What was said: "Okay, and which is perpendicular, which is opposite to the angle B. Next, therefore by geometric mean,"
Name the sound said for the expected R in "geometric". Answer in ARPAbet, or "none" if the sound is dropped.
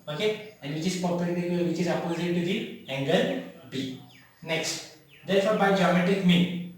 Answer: none